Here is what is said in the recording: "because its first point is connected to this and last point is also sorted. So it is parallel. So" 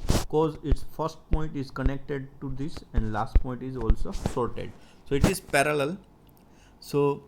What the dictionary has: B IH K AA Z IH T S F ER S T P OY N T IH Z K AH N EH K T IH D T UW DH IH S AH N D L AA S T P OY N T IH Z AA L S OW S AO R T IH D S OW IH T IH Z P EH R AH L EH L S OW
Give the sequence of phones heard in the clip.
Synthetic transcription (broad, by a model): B K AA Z IH T S F ER S T P OY N T IH Z K AH N EH K T IH D T UW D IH S AH N D L AA S T P OY N T IH Z AA L S OW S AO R T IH D S OW IH T IH Z P EH R AH L EH L S OW